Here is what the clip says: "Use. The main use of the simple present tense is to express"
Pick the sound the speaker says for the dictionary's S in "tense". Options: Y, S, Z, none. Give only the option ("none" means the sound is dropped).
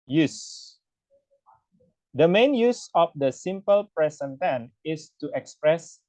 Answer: none